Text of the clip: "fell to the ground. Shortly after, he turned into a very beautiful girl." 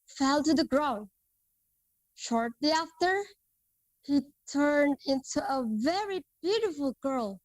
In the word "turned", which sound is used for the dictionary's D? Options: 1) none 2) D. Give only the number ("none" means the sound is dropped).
2